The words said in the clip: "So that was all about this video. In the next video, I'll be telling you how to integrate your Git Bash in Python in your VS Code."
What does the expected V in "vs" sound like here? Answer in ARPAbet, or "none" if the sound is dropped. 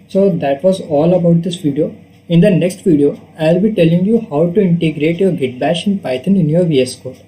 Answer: V